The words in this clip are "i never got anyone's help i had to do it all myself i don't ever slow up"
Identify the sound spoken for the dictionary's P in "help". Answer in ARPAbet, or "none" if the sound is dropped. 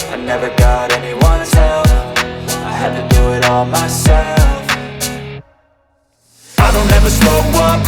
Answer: F